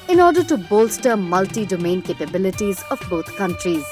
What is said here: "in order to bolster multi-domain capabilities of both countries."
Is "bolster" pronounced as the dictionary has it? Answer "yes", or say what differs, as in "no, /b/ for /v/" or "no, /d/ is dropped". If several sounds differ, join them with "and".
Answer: yes